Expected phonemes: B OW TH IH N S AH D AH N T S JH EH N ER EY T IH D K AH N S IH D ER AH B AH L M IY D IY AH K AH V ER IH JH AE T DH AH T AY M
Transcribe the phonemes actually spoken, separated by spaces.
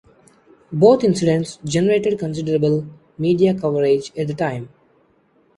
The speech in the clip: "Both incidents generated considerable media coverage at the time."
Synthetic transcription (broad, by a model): B OW T IH N S AH D AH N T S JH EH N ER EY T IH D K AH N S IH D ER AH B AH L M IY D IY AH K AH V ER IH JH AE T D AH T AY M